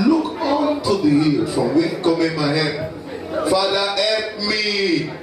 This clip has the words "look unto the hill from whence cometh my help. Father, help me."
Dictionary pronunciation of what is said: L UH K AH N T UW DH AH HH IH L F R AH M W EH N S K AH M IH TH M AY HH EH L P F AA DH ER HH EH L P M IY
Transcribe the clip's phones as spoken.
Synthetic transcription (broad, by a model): L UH K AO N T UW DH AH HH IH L F R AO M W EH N K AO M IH M AY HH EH P F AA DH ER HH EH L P M IY